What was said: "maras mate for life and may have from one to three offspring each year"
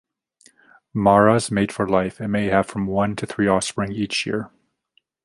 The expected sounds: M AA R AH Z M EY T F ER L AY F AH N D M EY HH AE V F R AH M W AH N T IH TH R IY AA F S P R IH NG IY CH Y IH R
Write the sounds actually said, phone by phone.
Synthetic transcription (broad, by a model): M AA R AH Z M EY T F ER L AY F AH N M EY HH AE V F R AH M W AH N T IH TH R IY AA F S P R IH NG IY CH Y IH R